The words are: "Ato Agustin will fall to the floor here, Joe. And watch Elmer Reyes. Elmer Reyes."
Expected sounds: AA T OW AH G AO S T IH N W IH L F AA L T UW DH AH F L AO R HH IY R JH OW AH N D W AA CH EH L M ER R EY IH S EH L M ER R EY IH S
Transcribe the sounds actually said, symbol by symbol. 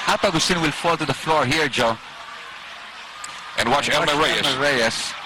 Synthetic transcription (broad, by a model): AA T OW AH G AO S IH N W IH L F AA L T UW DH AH F L AO R HH IY R JH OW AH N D W AA CH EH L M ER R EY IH EH M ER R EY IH S